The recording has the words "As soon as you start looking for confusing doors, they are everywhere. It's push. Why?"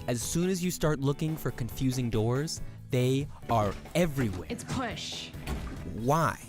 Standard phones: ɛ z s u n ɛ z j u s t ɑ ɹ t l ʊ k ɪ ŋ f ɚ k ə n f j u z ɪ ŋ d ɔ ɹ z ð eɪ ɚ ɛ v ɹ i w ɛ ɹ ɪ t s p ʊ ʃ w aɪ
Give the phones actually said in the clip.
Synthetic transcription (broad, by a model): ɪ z s u n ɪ z j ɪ s t ɑ ɹ t l ʊ k ɪ ŋ f ɚ k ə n f j u z ɪ ŋ d ɔ ɹ z ð eɪ ɚ ɛ v ɹ i w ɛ ɪ t s p ʊ ʃ w aɪ